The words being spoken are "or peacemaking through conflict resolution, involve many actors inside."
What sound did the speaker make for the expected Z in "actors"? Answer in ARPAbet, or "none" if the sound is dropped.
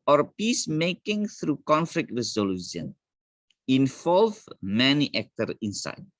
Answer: none